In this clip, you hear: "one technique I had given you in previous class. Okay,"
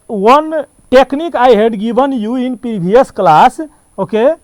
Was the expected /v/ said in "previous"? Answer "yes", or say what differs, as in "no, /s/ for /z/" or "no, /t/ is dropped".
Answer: no, /b/ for /v/